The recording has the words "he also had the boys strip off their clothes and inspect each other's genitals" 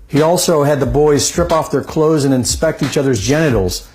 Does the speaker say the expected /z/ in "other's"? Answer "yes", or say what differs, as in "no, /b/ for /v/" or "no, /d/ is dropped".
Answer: yes